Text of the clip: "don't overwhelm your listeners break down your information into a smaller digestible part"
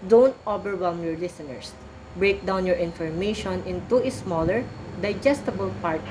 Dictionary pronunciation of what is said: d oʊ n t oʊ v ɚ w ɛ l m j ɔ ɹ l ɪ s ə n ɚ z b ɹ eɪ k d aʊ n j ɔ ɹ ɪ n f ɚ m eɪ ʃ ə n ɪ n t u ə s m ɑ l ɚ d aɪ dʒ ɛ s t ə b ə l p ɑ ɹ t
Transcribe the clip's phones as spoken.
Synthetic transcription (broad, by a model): d oʊ n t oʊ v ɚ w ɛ m j ɔ ɹ l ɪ s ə n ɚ s b ɹ eɪ k d aʊ n j ɔ ɹ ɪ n f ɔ m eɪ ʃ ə n ɪ n t u ə s m ɑ l ɚ d aɪ dʒ ɛ s t ə b ə l p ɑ ɹ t